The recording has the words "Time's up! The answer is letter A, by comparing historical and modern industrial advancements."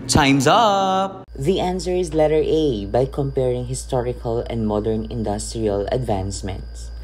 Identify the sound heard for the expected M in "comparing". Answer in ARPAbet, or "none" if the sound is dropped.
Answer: M